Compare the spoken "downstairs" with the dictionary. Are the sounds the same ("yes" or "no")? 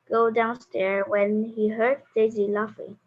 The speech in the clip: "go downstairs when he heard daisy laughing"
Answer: no